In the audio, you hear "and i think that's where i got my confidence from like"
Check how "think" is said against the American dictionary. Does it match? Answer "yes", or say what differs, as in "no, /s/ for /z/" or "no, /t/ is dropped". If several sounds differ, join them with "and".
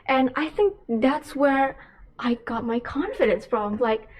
yes